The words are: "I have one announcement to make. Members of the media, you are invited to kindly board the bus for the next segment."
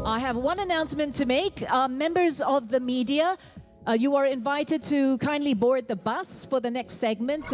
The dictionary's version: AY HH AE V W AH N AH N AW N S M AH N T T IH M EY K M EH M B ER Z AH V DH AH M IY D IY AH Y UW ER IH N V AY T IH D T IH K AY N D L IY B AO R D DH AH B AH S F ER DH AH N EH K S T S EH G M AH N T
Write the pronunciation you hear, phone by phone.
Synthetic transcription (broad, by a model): AY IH V W AH N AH N AW N S M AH N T T IH M EY K M EH M B ER Z AH V DH AH M IY D IY AH Y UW ER IH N V AY T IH D T IH K AY N D L IY B AO R D DH AH B AH S F ER DH AH N EH K S T S EH G M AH N T